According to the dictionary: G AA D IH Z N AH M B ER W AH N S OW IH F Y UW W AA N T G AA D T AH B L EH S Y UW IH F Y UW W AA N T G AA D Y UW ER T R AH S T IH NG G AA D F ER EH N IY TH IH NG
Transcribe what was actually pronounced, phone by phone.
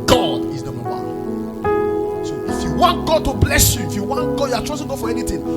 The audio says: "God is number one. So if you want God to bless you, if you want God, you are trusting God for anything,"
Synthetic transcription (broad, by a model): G AA D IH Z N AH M ER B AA S OW IH F Y UW W AA N T G AA D T AH B L EH S Y UW IH F Y UW W AA N T G AA D Y UW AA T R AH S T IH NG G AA F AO EH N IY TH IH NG